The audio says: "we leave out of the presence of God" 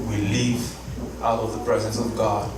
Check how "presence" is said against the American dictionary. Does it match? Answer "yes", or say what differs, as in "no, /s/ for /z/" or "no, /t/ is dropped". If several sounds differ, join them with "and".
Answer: yes